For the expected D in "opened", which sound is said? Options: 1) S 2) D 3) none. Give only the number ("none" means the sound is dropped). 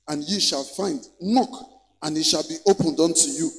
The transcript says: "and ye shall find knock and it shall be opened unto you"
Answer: 2